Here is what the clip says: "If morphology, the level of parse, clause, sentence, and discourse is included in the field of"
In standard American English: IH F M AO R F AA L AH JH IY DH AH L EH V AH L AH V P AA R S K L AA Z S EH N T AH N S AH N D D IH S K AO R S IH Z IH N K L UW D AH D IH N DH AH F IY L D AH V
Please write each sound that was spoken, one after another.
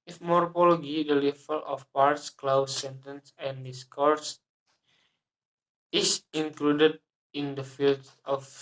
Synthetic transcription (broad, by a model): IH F M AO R P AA L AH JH IY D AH L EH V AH L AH F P AA R S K L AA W S EH N T AH N S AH N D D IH S K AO R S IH S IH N K L UW D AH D IH N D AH F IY L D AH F